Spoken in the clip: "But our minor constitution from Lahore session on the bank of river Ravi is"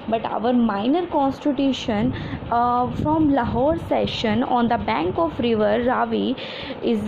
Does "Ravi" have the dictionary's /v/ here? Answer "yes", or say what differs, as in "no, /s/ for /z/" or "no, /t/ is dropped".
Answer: yes